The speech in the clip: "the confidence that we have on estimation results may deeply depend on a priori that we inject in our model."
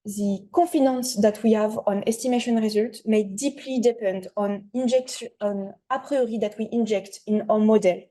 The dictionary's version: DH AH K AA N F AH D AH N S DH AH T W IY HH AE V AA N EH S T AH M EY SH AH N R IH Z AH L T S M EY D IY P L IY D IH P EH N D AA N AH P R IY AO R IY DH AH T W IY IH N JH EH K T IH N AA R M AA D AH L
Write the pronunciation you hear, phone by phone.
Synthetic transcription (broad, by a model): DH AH K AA F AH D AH N S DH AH T W IY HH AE V AA N EH S T AH M EY SH AH N R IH Z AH L T M EY D IY P L IY D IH P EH N D AA N AH P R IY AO R IY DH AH T W IY IH N JH EH K T IH N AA M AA D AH L